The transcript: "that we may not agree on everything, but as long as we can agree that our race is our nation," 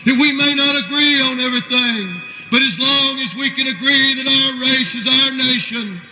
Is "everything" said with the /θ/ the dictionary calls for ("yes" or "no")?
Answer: yes